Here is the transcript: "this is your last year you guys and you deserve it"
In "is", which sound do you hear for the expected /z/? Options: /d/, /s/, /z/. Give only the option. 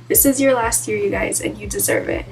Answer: /z/